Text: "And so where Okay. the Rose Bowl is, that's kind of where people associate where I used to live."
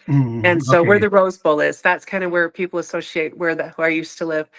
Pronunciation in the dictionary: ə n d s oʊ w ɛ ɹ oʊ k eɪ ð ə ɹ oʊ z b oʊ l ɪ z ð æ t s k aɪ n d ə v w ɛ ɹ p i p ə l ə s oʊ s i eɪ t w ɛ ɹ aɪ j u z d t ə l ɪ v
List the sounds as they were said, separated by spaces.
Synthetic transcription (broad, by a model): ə n s oʊ w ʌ ɹ ð ə ɹ oʊ z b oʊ l ɪ z ð æ t s k aɪ n d ə v w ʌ ɹ p i p l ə s oʊ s i eɪ t w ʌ ɹ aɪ j u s t ə l ɪ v